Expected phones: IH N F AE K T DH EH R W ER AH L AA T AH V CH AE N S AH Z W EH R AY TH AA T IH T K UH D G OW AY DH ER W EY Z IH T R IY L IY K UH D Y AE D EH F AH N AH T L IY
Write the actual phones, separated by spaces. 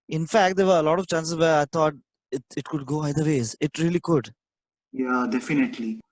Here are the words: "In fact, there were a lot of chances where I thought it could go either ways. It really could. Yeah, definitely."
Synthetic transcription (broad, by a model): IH N F AE K T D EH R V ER AH L AA T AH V CH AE N S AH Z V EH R AY T AA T IH T K UH D G OW AY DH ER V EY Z IH T R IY L IY K UH D Y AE D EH F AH N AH T L IY